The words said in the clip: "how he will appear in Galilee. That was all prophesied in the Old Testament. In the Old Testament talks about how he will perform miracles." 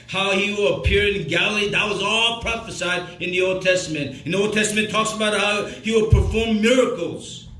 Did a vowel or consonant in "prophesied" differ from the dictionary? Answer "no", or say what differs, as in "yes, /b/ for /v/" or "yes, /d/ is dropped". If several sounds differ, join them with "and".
no